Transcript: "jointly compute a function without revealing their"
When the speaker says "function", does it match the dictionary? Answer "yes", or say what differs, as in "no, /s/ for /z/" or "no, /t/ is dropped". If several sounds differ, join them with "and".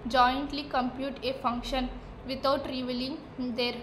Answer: yes